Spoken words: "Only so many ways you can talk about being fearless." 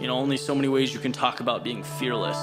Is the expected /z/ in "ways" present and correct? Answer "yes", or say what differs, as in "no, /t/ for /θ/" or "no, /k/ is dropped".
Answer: yes